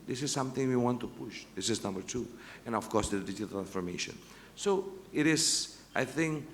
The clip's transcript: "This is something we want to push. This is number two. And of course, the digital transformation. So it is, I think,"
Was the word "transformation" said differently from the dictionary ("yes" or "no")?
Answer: yes